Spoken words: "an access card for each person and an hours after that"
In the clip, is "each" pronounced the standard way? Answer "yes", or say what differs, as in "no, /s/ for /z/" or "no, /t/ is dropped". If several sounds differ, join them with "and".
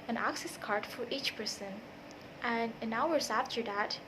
yes